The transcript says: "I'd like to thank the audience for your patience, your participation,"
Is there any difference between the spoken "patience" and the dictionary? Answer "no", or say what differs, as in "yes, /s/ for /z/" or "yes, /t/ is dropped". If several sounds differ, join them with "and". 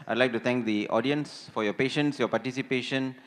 no